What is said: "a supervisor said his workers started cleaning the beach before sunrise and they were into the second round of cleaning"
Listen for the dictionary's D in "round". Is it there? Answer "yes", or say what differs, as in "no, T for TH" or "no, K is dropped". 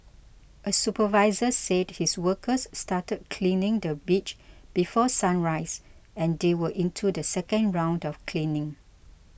yes